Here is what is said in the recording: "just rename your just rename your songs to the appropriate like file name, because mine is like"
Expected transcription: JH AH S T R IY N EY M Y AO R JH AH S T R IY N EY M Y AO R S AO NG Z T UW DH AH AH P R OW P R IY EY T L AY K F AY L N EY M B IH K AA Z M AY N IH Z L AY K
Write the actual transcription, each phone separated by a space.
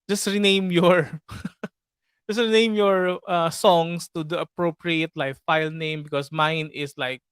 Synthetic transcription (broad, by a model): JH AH S T R IY N EY M Y AO R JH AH S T R IY N EY M Y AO R S AO NG S T UW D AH AH P R OW P R IY EY T L AY K F AY L N EY M B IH K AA S M AY N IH S L AY K